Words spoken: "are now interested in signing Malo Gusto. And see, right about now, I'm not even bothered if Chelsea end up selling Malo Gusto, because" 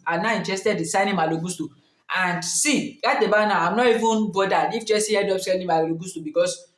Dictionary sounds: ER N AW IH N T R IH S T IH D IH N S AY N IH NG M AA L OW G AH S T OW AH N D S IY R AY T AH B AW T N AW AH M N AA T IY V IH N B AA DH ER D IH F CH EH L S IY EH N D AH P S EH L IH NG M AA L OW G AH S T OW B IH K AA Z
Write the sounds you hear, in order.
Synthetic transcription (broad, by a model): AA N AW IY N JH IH S T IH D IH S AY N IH M AA L OW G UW S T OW AH N D S IY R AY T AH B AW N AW AH M N AA T IY V IH N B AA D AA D IH F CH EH S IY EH D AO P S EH N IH M AA L OW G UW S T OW B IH K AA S